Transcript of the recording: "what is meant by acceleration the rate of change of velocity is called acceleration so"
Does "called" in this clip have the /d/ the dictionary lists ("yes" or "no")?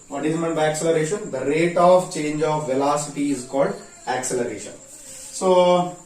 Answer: yes